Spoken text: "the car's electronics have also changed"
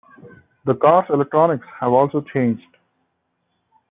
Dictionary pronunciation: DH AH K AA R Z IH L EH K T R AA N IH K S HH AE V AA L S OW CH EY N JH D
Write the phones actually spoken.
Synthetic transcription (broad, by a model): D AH K AA R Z IH L EH K T R AA N IH K S HH AE V AA L S OW CH EY N JH D